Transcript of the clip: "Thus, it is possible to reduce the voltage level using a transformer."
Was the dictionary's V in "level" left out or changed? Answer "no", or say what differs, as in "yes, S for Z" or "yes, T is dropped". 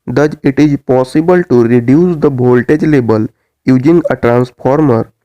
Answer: yes, B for V